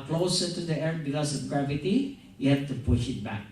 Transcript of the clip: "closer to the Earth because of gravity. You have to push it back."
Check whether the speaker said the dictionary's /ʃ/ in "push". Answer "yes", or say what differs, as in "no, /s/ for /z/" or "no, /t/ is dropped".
yes